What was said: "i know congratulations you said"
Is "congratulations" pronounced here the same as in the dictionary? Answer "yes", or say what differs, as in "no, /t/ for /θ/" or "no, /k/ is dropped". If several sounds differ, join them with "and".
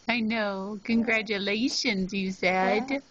yes